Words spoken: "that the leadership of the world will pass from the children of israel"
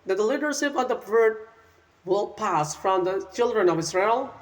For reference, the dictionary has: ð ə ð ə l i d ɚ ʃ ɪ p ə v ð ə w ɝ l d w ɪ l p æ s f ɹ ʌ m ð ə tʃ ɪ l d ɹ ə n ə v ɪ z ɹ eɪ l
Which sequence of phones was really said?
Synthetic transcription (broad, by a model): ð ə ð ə l i d ɚ ʃ ɪ p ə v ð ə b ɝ d w ɪ l p æ s f ɹ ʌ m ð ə tʃ ɪ l d ɹ ə n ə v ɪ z ɹ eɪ l